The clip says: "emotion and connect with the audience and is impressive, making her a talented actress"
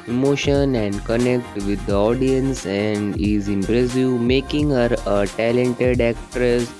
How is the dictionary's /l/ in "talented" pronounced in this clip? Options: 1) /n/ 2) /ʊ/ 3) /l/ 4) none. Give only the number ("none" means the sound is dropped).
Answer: 3